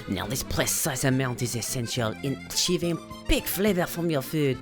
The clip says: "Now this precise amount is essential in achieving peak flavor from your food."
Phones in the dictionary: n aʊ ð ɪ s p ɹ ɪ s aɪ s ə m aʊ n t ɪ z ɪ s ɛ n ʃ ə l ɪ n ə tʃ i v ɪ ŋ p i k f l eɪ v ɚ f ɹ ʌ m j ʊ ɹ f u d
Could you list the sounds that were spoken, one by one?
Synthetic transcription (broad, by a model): n aʊ ð ɪ s p l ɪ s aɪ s ə m aʊ n t ɪ z ɪ s ɛ n ʃ ə l ɪ n ə tʃ i v ɪ ŋ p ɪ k f l eɪ v ɚ f ɹ ʌ m j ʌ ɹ f u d